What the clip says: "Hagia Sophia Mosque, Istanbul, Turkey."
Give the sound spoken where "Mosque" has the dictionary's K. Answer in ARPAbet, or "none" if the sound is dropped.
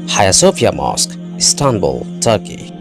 K